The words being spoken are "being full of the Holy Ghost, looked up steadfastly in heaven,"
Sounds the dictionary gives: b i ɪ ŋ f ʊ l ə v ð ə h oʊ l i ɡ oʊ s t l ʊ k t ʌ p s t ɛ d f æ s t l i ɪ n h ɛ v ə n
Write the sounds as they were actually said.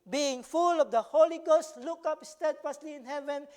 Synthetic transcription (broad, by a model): b i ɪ ŋ f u l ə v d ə h oʊ l i ɡ oʊ s t l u k ʌ p s t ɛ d f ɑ s l i ɪ n h ɛ v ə n